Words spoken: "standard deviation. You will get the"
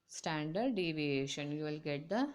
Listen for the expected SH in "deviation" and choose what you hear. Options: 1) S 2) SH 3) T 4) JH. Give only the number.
2